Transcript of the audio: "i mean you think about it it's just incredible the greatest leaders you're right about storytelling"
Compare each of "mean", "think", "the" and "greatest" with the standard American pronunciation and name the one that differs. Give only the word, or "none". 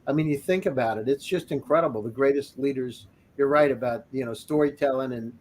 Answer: none